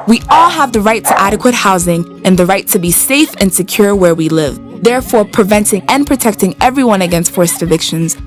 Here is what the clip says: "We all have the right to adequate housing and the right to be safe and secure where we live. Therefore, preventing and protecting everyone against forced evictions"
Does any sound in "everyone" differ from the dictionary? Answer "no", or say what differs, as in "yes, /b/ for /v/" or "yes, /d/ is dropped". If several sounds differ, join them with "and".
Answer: no